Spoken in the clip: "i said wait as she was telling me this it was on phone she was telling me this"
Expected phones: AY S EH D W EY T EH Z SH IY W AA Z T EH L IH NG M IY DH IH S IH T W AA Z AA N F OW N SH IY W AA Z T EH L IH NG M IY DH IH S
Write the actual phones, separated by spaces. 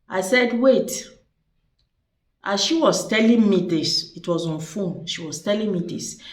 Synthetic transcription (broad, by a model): AY S EH D W EY T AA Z SH IY W AA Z T EH L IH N M IY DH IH S IH T W AA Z AA N F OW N SH IY W AA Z T EH L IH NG M IY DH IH S